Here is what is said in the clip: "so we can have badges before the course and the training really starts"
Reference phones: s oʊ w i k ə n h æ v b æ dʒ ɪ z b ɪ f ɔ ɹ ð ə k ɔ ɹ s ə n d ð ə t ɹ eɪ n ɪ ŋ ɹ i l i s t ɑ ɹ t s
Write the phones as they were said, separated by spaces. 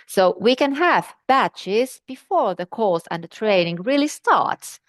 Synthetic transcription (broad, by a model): s oʊ w i k ə n h æ v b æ tʃ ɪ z b ɪ f ɔ ɹ ð ə k ɔ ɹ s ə n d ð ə t ɹ eɪ n ɪ ŋ ɹ i l i s t ɑ ɹ t s